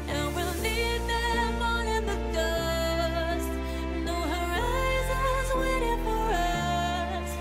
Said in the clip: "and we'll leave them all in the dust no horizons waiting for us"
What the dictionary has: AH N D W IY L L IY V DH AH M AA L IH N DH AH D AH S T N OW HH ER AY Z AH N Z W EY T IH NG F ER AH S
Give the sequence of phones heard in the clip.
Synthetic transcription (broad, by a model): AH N W IY L N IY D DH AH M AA N IH N DH AH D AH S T N OW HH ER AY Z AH Z W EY T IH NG F ER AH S